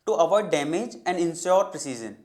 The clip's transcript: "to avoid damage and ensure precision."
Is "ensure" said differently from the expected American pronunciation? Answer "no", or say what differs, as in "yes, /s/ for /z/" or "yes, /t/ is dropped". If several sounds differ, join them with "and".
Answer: yes, /s/ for /ʃ/